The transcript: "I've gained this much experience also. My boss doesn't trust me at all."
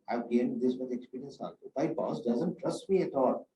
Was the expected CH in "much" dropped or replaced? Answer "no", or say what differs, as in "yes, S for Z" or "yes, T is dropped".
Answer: yes, CH is dropped